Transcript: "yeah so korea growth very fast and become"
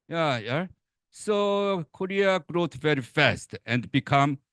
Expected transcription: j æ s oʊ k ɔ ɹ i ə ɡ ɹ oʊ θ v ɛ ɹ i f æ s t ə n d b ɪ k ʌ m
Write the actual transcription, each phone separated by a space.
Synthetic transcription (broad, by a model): j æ s oʊ k ɔ ɹ i ə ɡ ɹ oʊ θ v ɛ ɹ i f æ s t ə n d b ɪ k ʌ m